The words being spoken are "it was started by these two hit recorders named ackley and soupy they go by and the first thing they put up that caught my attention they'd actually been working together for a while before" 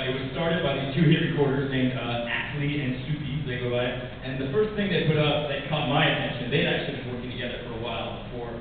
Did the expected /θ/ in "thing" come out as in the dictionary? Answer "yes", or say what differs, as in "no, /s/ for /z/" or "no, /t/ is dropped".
yes